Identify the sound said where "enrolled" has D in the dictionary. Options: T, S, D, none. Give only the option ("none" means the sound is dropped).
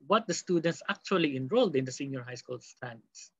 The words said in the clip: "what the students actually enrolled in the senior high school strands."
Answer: D